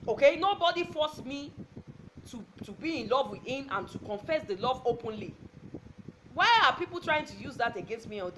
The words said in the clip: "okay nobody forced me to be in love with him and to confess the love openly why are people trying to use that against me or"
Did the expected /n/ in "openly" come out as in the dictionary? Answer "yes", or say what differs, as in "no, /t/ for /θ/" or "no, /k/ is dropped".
yes